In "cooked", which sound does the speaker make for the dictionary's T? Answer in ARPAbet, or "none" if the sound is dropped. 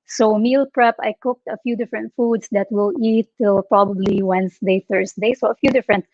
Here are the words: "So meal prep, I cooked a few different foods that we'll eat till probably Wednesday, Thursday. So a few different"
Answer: T